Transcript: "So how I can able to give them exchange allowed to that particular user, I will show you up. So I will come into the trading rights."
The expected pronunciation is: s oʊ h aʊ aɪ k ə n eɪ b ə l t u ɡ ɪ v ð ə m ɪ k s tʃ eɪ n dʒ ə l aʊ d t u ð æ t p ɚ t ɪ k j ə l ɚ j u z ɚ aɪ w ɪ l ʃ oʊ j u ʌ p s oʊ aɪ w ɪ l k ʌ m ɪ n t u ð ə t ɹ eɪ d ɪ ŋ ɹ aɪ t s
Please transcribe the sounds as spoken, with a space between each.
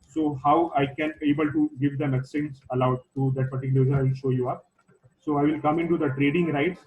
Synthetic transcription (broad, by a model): s oʊ h aʊ aɪ k ə n eɪ b ə l t u ɡ ɪ v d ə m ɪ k s eɪ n z ə l aʊ d t u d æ t p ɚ t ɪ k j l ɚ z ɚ aɪ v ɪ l ʃ oʊ j u ʌ p s oʊ aɪ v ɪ l k ʌ m ɪ n t u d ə t ɹ eɪ d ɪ ŋ ɹ aɪ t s